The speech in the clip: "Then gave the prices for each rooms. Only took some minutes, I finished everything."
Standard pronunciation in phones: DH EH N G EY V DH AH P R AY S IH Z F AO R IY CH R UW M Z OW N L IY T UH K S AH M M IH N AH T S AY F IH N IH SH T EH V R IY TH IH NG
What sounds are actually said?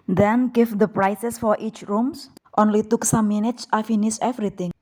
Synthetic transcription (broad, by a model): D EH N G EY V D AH P R AY S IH S F AO R IY CH R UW M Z OW N L IY T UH K S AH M M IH N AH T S AY F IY N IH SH EH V R IY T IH NG